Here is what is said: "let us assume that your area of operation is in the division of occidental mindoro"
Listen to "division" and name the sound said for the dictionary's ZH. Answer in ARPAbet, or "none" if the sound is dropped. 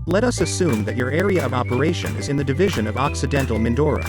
ZH